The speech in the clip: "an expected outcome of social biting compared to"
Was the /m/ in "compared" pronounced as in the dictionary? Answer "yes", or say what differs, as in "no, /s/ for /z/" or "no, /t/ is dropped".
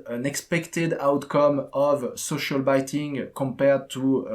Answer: yes